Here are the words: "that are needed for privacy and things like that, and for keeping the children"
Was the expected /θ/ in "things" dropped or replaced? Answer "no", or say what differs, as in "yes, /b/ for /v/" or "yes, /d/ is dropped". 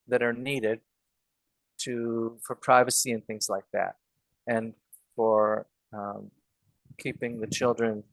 no